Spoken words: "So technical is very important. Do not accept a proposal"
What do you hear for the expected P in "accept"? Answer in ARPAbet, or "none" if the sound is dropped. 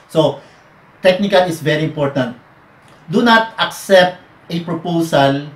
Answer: P